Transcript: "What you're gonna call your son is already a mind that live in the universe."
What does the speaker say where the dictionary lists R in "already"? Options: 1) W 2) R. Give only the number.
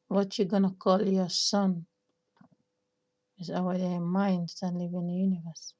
1